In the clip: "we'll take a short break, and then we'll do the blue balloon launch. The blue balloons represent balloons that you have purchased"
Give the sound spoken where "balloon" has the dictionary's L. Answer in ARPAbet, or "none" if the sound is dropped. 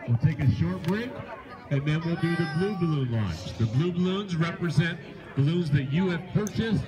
L